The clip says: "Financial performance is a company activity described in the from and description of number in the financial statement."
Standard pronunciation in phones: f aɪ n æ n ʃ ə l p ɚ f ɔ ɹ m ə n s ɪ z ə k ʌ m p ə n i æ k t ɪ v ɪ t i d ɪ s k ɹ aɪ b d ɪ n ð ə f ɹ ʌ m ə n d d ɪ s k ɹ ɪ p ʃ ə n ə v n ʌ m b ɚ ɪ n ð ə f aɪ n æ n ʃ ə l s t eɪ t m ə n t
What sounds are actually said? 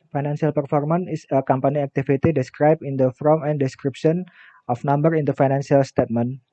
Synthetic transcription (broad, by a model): f aɪ n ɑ n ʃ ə l p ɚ f ɔ ɹ m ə n ɪ s ə k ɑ m p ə n i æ k t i f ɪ t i d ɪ s k ɹ aɪ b ɪ n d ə f ɹ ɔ m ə n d d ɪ s k ɹ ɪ p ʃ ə n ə f n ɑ m b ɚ ɪ n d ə f aɪ n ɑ n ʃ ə l s t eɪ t m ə n